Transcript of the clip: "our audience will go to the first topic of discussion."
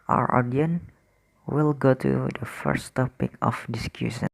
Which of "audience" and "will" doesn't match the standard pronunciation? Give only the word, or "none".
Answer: audience